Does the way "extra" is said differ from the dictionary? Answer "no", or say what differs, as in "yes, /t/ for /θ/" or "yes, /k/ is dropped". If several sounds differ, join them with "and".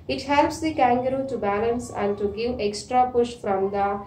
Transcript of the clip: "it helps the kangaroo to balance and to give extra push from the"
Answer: no